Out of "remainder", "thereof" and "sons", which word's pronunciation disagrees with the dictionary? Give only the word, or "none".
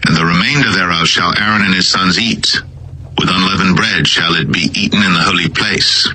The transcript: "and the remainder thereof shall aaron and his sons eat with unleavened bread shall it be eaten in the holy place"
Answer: none